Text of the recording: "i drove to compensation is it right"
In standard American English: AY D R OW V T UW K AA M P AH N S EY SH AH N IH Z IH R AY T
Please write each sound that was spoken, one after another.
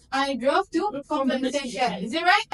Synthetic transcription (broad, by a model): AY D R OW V T UW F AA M AH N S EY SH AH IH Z IH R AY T